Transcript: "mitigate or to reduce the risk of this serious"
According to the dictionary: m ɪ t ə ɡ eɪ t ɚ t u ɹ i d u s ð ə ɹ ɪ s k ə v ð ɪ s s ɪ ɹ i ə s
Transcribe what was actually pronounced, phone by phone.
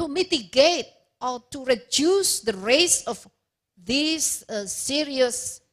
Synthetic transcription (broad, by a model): m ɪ t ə ɡ eɪ t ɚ t u ɹ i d u s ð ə ɹ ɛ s ə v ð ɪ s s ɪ ɹ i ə s